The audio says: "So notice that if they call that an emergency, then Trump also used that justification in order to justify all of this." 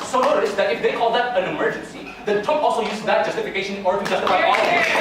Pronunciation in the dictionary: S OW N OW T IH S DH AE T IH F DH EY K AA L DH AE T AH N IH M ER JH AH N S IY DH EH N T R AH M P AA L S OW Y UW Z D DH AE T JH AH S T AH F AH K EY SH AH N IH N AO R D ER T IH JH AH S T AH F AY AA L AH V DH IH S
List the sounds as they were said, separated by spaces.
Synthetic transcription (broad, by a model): S OW N OW T IH S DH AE T IH F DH EY K AA L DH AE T AH N IH M ER JH AH N S IY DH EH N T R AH P AA L S OW Y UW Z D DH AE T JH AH S T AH F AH K EY AH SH IH N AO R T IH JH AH S T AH F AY AA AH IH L